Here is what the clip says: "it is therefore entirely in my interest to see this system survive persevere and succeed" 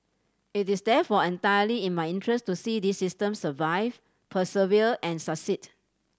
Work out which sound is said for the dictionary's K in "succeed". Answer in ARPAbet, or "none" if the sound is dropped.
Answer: none